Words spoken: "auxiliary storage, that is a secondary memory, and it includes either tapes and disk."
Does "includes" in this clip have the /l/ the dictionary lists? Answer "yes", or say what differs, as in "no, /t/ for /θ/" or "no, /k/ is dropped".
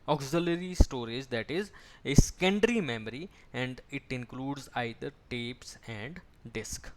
yes